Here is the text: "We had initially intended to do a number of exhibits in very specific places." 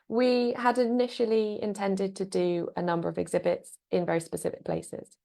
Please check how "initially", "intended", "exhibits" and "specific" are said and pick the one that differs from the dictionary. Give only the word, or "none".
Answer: none